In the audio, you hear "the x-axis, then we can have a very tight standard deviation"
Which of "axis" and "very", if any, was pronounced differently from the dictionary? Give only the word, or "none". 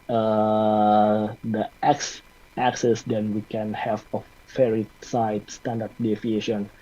very